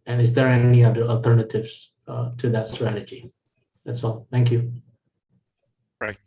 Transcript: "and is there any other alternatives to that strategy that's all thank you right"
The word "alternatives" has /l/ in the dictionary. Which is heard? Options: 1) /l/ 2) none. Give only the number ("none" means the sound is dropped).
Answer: 1